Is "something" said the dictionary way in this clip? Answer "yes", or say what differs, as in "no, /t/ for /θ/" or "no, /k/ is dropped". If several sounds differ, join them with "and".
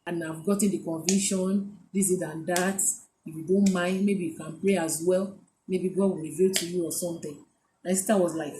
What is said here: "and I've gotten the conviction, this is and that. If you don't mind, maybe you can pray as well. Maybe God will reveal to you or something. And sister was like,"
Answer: no, /t/ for /θ/